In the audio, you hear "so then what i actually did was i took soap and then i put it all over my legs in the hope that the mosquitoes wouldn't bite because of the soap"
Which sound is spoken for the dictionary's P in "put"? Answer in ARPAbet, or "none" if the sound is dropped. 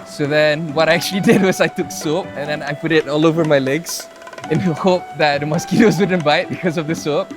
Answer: P